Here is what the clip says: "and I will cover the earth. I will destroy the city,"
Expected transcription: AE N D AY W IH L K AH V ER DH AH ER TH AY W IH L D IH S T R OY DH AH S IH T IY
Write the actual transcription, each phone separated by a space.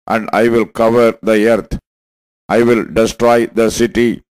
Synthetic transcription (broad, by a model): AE N D AY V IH L K AH V ER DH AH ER T AY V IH L D IH S T R OY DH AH S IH T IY